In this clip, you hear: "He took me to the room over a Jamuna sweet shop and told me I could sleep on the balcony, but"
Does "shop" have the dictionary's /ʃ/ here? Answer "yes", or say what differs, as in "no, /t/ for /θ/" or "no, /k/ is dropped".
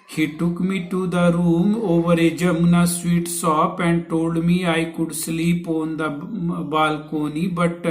no, /s/ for /ʃ/